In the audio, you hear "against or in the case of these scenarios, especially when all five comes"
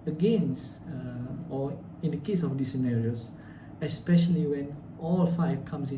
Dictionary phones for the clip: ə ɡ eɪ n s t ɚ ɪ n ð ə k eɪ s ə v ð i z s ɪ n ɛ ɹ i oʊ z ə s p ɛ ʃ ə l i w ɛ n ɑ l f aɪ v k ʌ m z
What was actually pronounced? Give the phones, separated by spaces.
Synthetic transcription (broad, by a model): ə ɡ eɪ n s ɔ ɪ n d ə k eɪ s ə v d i s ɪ n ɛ ɹ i oʊ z ə s p ɛ ʃ ə l i w ɛ n ɑ l f aɪ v k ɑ m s